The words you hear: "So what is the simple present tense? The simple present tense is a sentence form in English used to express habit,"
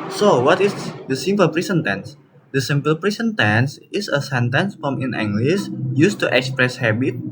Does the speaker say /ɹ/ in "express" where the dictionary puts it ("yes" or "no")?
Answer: yes